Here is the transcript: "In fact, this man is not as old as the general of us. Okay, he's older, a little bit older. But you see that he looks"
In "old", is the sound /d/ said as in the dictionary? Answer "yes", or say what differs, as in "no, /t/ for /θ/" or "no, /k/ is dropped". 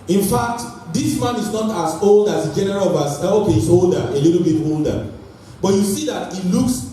yes